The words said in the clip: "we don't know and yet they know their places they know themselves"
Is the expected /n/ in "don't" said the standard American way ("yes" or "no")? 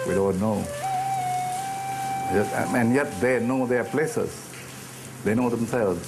no